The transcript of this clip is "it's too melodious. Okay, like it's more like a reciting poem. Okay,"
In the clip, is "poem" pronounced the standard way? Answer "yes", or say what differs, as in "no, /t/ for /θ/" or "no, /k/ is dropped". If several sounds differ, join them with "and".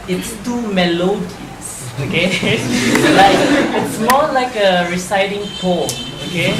no, /m/ is dropped